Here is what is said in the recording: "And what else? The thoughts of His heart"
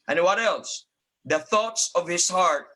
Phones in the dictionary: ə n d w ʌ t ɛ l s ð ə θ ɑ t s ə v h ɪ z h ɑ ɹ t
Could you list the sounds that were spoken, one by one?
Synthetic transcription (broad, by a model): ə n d w ʌ t ɛ l s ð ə θ ɑ t s ə v h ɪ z h ɑ ɹ t